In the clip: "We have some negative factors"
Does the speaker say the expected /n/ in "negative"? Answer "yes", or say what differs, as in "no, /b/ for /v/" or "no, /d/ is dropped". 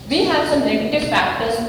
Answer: no, /l/ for /n/